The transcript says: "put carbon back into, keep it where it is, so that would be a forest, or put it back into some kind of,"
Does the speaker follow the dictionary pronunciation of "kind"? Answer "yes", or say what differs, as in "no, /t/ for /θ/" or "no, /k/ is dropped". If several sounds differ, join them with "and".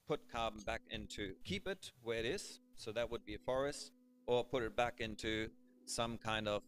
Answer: yes